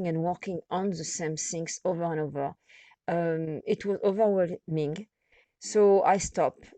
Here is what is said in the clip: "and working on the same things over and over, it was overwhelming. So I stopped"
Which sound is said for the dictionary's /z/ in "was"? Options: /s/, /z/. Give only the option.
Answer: /z/